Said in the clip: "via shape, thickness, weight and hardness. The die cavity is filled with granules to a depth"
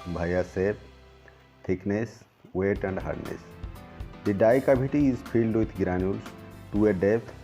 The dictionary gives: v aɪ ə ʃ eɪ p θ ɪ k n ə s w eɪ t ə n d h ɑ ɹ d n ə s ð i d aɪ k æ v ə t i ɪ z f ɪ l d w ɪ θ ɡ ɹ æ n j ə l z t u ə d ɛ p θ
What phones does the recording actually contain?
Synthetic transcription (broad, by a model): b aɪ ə s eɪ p t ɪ k n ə s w eɪ t ə n d h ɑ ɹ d n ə s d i d aɪ k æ b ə t i ɪ z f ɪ l d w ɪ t ɡ ɹ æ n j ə l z t u ə d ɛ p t